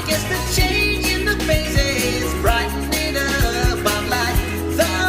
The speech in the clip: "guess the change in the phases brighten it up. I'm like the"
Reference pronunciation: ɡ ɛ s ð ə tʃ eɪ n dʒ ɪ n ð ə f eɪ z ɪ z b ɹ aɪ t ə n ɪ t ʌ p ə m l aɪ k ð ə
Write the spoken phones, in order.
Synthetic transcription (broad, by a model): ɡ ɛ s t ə tʃ eɪ n dʒ ɪ n ð ə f eɪ s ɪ z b ɹ aɪ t n ɪ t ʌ b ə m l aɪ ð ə